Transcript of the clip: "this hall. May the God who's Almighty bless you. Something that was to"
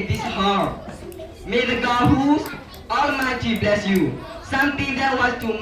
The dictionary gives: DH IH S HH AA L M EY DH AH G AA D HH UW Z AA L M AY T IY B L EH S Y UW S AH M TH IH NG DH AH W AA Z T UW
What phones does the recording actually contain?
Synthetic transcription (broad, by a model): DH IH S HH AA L M EY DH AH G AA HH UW AA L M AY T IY B L EH S Y UW S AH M T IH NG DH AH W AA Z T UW